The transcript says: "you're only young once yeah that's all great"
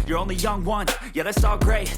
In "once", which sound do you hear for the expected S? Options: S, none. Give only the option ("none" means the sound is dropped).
none